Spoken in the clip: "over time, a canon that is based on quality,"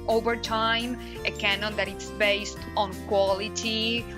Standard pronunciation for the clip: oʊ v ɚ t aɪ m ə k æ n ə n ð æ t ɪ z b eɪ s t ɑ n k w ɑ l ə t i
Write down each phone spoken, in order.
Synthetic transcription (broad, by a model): oʊ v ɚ t aɪ m ə k æ n ə n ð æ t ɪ s b eɪ s t ɑ n k w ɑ l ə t i